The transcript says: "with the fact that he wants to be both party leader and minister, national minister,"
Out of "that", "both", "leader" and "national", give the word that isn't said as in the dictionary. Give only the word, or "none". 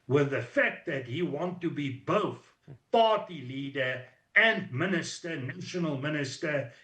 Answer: none